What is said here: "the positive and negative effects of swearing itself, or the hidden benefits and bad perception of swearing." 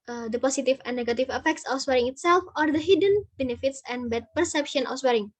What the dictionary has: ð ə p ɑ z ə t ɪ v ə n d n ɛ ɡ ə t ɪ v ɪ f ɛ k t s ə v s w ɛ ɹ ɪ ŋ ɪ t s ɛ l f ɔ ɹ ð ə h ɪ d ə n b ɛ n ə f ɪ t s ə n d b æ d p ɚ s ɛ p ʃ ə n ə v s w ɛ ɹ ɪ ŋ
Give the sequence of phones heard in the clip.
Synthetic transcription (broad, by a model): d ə p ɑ s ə t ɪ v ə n n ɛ ɡ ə t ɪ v ɪ f ɛ k t s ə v s w ɛ ɹ ɪ ŋ ɪ t s ɛ l f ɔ ɹ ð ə h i d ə n b ɛ n ə f ɪ t s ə n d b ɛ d p ɚ s ɛ p ʃ ə n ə f s w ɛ ɹ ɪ ŋ